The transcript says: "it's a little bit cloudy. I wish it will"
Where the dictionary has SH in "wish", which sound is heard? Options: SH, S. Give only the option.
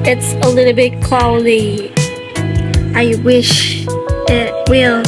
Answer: SH